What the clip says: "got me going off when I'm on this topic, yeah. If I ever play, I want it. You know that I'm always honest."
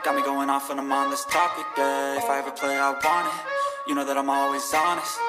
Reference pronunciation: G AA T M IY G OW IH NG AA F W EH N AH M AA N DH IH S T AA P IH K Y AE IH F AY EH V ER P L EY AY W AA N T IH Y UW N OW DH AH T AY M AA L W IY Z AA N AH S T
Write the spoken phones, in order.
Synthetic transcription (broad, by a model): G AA T M IY G OW IH NG AA F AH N AH M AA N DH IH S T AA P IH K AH IH F AY EH V ER P L EY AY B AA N IH Y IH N OW DH AH T AY M AA L W IY Z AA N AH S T